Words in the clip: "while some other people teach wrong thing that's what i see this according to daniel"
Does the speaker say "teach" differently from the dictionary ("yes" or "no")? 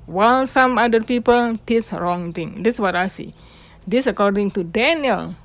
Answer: yes